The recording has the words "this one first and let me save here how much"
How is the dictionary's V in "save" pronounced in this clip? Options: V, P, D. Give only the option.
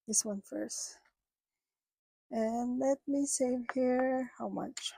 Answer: V